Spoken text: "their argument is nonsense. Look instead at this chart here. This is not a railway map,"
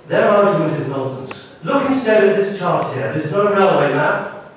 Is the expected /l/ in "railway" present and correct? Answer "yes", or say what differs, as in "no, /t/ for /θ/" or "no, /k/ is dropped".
yes